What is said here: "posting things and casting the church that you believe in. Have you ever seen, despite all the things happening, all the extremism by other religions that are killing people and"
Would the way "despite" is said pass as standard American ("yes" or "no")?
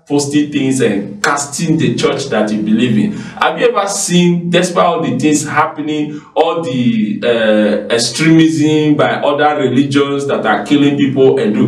no